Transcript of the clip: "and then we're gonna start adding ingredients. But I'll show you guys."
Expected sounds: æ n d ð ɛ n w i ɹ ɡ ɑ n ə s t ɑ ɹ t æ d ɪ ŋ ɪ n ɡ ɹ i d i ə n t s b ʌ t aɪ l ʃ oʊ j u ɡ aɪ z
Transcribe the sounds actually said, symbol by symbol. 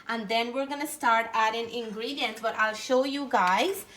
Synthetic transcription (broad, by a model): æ n d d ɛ n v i ɹ ɡ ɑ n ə s t ɑ ɹ t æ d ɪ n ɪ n ɡ ɹ i d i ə n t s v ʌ t aɪ l ʃ oʊ j u ɡ aɪ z